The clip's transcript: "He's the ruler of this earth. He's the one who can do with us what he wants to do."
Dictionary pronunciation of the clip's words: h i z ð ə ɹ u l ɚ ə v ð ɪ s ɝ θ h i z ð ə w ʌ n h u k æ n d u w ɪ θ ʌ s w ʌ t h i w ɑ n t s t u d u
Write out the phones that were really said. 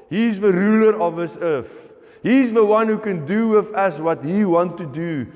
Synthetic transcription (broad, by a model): h i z ð ə ɹ u l ɚ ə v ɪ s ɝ f h i z ð ə w ʌ n h u k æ n d u w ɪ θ ʌ s w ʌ t h i w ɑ n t t u d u